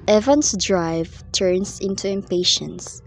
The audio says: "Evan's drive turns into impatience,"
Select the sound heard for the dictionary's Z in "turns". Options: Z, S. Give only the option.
S